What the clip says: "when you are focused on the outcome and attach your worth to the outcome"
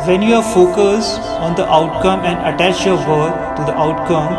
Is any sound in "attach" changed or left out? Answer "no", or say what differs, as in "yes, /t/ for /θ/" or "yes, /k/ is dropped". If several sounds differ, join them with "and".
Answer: no